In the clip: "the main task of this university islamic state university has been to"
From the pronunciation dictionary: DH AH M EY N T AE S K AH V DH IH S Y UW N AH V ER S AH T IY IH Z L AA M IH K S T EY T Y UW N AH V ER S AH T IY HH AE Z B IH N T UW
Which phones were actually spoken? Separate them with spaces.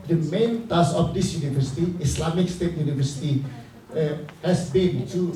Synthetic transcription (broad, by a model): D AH M EY N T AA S AH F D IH S Y UW N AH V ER S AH T IY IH S L AA M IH K S T EY T Y UW N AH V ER S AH T IY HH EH S B IH N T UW